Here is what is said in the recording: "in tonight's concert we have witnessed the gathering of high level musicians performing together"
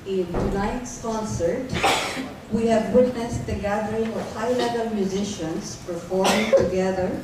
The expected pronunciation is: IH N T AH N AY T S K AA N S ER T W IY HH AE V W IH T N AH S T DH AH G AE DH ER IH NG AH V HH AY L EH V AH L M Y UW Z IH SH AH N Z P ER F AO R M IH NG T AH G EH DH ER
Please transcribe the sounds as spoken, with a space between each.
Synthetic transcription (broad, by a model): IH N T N AY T S K AA N S ER T W IY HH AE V W IH T N AH S T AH G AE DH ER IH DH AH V HH AY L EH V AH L M Y UW Z IH SH AH N Z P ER F AO R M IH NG T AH G EH DH ER